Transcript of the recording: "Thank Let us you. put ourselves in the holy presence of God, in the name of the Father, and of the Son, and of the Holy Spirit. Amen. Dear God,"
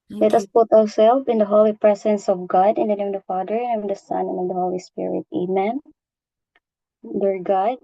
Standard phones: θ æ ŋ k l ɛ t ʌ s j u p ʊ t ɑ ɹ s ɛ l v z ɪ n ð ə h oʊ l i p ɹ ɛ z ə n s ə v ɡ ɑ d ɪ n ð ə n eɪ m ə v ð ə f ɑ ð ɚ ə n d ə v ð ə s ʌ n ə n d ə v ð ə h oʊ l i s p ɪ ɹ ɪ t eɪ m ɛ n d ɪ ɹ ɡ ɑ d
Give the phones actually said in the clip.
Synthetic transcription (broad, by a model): l ɛ t ʌ s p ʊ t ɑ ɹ s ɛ l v ɪ n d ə h oʊ l i p ɹ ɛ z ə n s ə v ɡ ɑ d ɪ n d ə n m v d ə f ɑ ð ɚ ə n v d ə s ʌ n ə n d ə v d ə h oʊ l i s p ɪ ɹ ɪ t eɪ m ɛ n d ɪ ɹ ɡ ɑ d